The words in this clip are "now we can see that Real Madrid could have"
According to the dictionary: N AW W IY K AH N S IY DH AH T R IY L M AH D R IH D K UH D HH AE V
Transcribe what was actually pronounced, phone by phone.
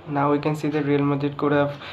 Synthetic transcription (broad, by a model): N AW W IY K AH N S IY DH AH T R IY L M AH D IH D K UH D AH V